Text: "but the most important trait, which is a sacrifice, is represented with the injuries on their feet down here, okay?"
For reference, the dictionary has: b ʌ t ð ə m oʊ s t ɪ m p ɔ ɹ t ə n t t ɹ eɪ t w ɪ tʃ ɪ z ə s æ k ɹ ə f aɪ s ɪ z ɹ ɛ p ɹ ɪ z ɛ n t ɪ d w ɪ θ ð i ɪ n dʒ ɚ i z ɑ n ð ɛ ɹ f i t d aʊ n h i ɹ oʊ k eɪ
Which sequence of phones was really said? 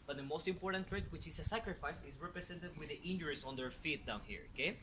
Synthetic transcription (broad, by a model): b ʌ t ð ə m oʊ s t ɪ m p ɔ ɹ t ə n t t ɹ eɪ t w ɪ tʃ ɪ s ə s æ k ɹ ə f aɪ s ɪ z ɹ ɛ p ɹ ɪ s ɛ n t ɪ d w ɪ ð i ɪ n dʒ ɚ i s ɑ n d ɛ ɹ f i t d aʊ n h i ɹ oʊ k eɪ